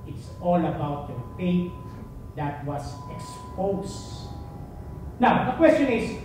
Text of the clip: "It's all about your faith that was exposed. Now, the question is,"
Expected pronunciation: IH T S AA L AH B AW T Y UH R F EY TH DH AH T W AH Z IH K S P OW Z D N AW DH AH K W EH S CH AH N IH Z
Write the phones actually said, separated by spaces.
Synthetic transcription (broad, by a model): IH T S AA L AH B AW T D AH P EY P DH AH T W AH S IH K S P OW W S N AW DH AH K W EH S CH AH N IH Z